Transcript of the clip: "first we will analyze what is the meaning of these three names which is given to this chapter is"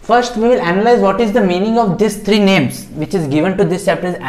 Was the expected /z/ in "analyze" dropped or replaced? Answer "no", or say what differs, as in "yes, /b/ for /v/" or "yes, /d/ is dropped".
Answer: no